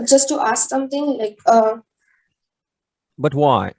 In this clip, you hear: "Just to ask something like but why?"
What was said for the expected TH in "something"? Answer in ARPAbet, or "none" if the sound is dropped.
T